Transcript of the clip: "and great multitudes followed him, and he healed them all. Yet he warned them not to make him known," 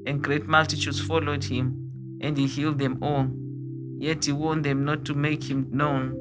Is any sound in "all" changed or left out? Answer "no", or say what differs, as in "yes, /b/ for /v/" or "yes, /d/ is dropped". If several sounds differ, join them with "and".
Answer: yes, /n/ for /l/